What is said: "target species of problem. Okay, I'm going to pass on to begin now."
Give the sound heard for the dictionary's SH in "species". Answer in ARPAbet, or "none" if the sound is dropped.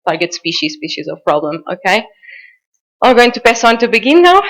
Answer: SH